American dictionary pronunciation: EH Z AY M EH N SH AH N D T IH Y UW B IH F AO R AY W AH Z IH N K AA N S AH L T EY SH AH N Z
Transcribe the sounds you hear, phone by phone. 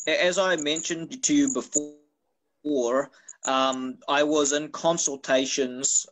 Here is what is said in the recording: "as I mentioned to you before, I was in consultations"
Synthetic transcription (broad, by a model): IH Z AY M EH N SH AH N T IH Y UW B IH F AO R AY W AH Z IH N K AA N S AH L T EY SH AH N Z